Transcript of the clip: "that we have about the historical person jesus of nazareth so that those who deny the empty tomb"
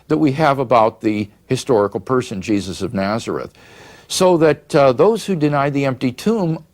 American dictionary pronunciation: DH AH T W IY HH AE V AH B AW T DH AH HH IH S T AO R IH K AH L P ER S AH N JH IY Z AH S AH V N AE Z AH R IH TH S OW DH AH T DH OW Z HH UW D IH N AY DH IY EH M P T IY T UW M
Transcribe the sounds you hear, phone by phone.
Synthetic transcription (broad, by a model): DH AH T W IY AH V AH B AW T DH AH HH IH S T AO R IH K L P ER S AH N JH IY Z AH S AH V N AE Z AH R IH TH S OW DH AH T DH OW Z HH UW D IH N AY DH IY EH M P T IY T UW M